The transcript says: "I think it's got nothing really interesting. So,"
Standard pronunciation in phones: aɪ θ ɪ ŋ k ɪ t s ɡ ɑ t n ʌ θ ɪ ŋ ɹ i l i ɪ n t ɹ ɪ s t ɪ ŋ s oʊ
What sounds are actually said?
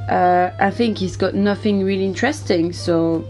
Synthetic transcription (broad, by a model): aɪ θ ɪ ŋ k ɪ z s ɡ ɑ t n ʌ θ ɪ ŋ ɹ i l i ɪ n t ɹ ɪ s t ɪ ŋ s oʊ